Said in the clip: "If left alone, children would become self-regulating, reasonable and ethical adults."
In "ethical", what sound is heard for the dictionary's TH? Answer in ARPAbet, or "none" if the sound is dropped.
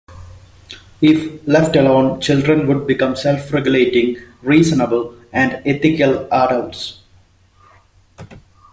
T